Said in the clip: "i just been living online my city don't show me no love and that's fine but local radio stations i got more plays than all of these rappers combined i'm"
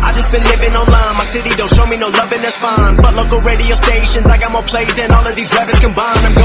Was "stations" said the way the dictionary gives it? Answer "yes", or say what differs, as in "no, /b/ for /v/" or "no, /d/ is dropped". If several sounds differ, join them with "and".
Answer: yes